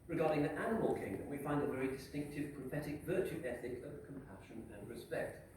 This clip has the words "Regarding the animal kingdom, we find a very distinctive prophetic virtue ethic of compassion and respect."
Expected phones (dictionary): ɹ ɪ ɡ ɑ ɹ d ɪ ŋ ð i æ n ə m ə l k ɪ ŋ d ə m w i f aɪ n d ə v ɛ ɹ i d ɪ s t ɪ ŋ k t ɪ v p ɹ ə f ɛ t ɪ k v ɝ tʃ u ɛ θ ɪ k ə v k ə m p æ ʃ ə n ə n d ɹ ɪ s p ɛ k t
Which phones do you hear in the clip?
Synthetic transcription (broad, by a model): ɹ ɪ ɡ ɑ ɹ d ɪ ŋ ð i æ n ə m ə l k ɪ ŋ d ə m w i f aɪ n d ə v ɛ ɹ i d ɪ s t ɪ ŋ k t ɪ v p ɹ ə f ɛ t ɪ k v ɝ tʃ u ɛ θ ɪ k ə v k ə m p æ ʃ ə n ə n ɹ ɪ s p ɛ k t